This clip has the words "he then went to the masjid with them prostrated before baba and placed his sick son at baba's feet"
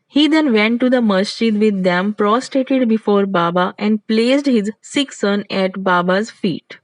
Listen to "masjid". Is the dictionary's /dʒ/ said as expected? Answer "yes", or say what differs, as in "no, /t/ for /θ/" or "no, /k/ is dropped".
no, /tʃ/ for /dʒ/